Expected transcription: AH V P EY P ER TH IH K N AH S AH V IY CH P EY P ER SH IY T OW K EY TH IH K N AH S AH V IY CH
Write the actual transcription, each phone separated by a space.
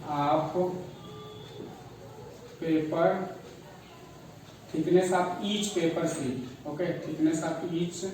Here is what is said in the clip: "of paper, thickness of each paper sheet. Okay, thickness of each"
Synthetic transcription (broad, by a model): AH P P EY P ER T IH K N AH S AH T IY CH P EY P ER S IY OW K EY T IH K N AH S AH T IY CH